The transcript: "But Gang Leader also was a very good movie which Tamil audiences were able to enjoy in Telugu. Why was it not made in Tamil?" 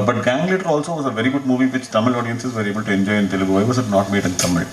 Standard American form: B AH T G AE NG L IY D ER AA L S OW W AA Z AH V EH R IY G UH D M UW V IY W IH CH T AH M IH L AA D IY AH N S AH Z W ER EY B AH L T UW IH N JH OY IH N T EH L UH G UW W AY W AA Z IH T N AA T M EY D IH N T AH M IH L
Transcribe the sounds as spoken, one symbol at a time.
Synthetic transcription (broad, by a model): B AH T G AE NG L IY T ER AA L S OW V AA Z AH V EH R IY G UH D M UW V IY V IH CH T AH M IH L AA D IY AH N S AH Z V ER EY B AH L T UW IH N JH OY IH N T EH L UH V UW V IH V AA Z IH T N AA T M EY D IH N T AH M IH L